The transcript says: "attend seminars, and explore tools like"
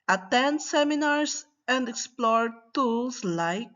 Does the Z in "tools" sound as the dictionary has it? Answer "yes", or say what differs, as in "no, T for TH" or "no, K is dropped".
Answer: no, S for Z